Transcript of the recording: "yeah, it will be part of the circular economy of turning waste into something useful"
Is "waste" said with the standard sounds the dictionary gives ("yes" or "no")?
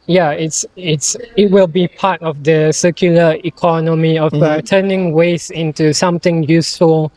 no